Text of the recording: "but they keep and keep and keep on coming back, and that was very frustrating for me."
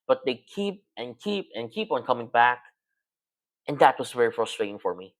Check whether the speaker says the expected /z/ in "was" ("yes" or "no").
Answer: no